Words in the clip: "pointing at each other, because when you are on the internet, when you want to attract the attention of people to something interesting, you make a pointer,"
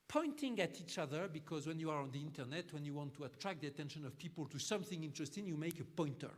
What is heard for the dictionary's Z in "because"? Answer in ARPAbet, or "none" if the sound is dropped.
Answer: Z